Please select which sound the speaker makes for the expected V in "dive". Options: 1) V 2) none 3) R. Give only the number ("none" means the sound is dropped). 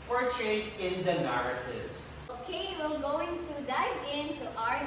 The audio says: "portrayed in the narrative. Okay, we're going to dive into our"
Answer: 2